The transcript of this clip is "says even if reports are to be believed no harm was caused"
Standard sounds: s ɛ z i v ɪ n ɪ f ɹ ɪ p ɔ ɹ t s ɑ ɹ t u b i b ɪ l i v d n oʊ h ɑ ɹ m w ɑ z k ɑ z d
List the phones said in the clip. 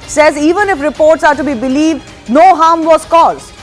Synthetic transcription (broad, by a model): s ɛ z i v ɪ n ɪ f ɹ ɪ p ɔ ɹ t s ɑ ɹ t u b i b ɪ l i v d n oʊ h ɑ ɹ m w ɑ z k ɑ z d